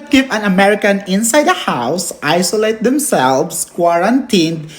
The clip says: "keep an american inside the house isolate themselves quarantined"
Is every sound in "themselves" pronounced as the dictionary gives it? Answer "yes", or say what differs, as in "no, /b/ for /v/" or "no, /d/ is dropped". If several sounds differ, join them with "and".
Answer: no, /s/ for /z/